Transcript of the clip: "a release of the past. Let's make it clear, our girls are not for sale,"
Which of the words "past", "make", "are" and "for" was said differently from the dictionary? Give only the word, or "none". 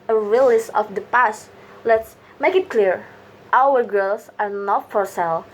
none